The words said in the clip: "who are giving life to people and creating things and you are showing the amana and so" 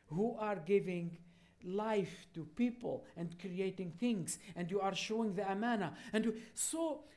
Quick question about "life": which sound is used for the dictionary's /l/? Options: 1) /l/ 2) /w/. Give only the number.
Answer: 1